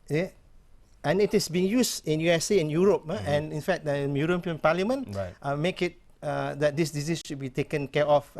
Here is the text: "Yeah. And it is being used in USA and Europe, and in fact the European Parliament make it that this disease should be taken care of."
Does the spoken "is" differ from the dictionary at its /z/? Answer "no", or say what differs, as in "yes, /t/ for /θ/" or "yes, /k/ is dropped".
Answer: yes, /s/ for /z/